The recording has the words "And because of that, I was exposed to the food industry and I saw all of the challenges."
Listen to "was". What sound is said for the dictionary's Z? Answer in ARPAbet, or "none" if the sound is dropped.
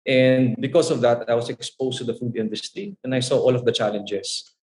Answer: S